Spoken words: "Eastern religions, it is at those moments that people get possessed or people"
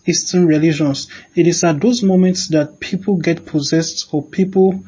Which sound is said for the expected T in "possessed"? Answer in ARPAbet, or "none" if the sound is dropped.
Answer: T